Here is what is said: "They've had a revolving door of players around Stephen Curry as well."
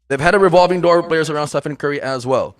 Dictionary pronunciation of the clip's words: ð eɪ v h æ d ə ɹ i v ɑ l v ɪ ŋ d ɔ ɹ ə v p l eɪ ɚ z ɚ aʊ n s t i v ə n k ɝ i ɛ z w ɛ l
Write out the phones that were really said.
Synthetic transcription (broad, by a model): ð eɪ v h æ d ə ɹ i v ɑ l v ɪ ŋ d ɔ ɹ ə p l eɪ ɚ z ɚ aʊ n s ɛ f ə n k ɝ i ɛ z w ɛ l